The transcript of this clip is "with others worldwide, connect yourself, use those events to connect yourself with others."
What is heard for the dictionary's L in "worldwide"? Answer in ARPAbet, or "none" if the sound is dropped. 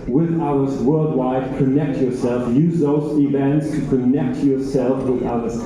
L